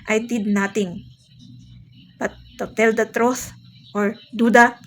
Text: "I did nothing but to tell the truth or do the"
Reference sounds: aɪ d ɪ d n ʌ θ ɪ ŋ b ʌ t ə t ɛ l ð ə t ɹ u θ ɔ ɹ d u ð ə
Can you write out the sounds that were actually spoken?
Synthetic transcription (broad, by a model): aɪ d ɪ d n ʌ t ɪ ŋ b ʌ t ə t ɛ l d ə t ɹ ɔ s ɔ ɹ d u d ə